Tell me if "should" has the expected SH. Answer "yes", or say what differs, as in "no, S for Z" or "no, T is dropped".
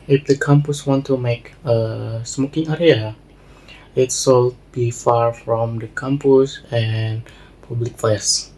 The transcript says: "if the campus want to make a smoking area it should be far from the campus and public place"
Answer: no, S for SH